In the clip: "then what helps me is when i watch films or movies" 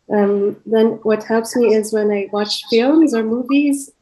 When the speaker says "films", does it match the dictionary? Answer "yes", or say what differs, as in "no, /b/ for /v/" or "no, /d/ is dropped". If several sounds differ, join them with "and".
yes